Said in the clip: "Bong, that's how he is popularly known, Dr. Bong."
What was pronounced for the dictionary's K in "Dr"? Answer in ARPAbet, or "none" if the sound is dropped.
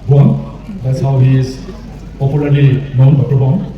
none